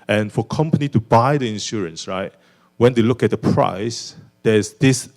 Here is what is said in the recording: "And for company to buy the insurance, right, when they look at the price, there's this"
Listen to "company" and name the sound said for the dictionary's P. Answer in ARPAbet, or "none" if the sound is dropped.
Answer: P